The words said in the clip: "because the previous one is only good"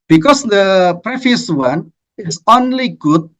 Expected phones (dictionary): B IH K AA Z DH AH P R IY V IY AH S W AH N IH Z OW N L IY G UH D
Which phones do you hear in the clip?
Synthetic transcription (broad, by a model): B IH K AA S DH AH P R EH F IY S W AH N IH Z OW N L IY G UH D